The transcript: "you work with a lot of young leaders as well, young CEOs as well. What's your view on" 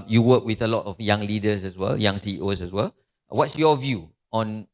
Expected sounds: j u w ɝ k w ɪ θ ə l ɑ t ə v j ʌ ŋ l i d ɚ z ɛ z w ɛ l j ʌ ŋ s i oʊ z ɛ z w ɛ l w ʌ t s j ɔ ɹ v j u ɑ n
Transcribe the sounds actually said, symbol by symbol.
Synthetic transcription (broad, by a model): j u w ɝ k w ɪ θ ə l ɑ t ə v j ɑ ŋ l i d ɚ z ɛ s w ɛ l j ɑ ŋ s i oʊ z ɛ s w ɛ l w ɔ t s j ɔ v j u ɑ n